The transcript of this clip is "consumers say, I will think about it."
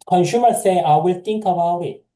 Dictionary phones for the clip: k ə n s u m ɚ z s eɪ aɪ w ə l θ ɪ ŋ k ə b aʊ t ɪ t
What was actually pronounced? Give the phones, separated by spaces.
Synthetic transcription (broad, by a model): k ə n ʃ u m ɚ s eɪ aɪ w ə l t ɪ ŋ k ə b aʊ ɪ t